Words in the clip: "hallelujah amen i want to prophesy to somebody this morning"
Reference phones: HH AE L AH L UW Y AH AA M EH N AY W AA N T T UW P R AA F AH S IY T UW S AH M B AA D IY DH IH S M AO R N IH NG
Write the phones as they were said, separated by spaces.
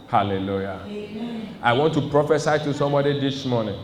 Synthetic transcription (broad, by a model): HH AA L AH L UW Y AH AA IH W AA N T T UW P R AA F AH S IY T UW S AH M B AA D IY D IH S M AO N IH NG